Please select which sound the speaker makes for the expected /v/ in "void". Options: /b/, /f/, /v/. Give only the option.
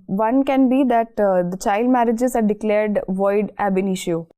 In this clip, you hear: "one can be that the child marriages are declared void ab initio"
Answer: /v/